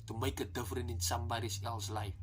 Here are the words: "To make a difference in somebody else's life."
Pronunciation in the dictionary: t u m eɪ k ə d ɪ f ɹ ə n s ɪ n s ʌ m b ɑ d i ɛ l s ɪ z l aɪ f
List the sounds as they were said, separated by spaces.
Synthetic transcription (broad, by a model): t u m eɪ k ə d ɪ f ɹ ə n ɪ n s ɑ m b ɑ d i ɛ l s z l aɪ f